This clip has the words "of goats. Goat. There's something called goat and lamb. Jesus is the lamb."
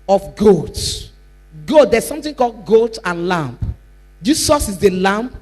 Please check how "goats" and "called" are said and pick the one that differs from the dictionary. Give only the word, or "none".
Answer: goats